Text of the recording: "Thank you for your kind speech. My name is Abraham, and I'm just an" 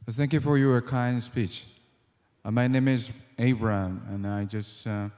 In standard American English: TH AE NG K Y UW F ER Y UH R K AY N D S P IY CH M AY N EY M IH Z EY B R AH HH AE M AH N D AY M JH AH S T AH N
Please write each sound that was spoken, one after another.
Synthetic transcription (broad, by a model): TH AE NG K Y UW F ER Y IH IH K AY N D S P IY CH M AY N EY M IH Z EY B R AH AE M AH N AY JH AH S T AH